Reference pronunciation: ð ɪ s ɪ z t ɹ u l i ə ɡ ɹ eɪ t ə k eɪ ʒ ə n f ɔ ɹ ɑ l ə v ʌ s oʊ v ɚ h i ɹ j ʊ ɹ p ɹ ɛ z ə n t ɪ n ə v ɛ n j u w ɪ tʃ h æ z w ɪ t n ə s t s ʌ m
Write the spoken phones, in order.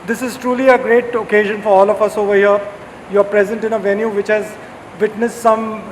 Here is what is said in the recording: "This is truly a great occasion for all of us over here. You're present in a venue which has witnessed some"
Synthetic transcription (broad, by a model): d ɪ s ɪ z t ɹ u l i ə ɡ ɹ eɪ t ə k eɪ ʒ ə n f ɔ ɹ ɑ l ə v ʌ s oʊ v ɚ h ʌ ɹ j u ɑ p ɹ ɛ z ə n t ɪ n ə v ɛ n j u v ɪ tʃ h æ z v ɪ t n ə s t s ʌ m